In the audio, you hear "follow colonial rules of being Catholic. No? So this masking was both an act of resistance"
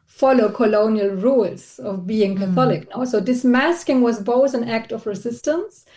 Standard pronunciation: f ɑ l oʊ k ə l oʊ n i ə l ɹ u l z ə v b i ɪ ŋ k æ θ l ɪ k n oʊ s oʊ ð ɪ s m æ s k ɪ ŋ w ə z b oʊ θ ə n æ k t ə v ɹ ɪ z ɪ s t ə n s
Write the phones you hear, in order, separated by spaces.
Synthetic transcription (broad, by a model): f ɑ l oʊ k ə l oʊ n i ə l ɹ u l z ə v b i ɪ ŋ k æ θ l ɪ k n oʊ s oʊ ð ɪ s m æ s k ɪ ŋ w ə z b oʊ θ ə n æ k t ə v ɹ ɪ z ɪ s t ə n s